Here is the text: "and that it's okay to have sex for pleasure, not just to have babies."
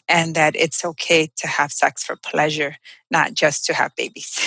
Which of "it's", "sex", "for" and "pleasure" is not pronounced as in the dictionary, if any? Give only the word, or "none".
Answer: none